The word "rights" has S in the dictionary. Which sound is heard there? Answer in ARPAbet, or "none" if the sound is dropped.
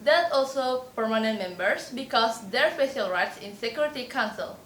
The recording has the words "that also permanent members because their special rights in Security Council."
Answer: S